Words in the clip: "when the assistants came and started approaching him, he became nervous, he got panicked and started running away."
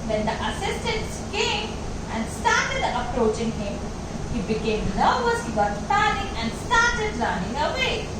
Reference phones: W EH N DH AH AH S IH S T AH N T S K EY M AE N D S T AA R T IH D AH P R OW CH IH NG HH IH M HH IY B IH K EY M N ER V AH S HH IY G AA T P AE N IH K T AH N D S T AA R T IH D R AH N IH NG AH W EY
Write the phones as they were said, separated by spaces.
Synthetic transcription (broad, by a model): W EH N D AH AH S IH S T AH N T S K EY M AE N D S T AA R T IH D AH P R OW CH IH NG HH IH M HH IY B IH K EY M L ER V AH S HH IY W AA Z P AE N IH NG AH N D S T AA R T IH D L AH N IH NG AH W EY